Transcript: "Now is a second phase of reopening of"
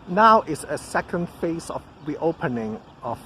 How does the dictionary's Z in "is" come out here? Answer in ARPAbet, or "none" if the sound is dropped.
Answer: S